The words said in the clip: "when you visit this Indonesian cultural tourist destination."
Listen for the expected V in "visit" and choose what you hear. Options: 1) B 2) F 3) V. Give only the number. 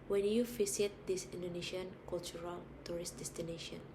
2